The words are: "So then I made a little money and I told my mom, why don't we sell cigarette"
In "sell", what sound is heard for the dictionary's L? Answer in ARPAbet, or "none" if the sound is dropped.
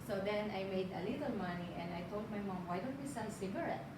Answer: N